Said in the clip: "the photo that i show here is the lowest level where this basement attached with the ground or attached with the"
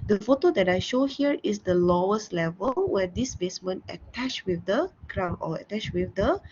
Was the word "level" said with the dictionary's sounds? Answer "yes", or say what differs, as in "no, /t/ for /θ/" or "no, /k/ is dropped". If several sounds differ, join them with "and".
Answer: yes